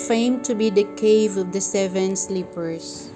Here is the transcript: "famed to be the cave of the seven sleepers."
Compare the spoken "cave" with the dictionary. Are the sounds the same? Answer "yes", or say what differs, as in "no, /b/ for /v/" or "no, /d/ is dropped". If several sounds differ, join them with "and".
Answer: yes